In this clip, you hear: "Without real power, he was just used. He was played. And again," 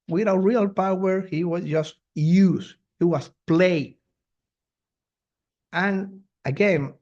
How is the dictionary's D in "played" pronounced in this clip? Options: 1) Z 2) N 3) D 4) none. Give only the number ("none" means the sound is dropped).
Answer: 4